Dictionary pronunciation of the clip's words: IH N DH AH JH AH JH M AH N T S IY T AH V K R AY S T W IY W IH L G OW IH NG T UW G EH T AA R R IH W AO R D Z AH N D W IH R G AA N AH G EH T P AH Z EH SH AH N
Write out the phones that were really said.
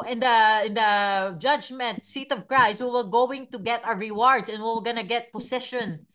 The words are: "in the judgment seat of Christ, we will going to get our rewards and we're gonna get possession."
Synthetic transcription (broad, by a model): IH N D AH JH AH JH M AH N T S IY T AH V K R AY S T W IY W IH L G OW IH NG T UW G EH T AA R R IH W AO R D S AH N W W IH L G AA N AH G EH T P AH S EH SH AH N